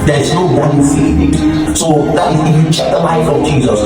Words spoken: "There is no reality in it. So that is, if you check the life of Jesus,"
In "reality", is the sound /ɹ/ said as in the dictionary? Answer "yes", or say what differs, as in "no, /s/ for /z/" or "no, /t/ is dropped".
no, /w/ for /ɹ/